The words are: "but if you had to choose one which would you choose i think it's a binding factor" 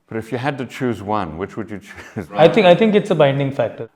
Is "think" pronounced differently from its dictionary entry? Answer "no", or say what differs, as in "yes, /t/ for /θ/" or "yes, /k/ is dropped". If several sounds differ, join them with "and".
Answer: yes, /t/ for /θ/